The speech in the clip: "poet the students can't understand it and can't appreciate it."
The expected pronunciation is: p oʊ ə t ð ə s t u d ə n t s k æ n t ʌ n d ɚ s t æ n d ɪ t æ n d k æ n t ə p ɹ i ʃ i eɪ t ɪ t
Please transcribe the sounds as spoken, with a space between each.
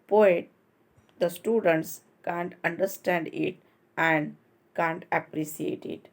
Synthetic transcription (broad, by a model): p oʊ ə t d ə s t u d ə n t s k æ n t ʌ n d ɚ s t æ n d ɪ t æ n d k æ n t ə p ɹ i s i eɪ t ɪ t